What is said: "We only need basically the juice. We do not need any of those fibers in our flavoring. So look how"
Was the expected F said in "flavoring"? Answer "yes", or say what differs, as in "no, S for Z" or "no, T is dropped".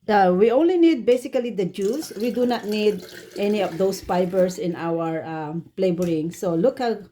no, P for F